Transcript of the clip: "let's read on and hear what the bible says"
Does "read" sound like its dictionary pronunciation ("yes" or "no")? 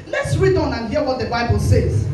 yes